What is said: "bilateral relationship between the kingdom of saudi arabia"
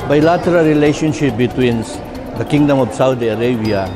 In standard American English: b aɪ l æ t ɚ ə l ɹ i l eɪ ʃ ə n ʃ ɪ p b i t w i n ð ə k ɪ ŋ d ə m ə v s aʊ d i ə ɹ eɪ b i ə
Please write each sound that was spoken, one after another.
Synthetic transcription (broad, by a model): b aɪ l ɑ t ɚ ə l ɹ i l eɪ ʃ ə n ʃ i p b i t w i n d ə k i ŋ d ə m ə p s aʊ d i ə ɹ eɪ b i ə